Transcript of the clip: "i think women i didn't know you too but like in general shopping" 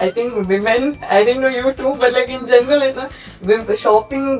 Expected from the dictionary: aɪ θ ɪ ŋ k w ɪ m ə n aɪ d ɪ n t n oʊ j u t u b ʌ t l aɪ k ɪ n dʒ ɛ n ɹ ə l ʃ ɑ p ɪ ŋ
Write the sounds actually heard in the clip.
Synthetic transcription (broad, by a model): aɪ t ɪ ŋ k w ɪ m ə n aɪ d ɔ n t n oʊ j u t u b ʌ t l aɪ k ɪ n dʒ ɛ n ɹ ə l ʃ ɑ p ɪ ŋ